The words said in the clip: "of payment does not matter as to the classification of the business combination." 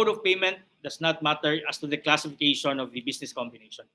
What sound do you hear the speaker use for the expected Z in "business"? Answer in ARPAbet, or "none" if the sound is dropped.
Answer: S